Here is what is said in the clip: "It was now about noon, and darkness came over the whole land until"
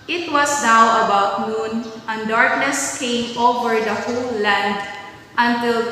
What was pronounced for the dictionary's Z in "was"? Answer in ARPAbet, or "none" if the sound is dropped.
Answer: S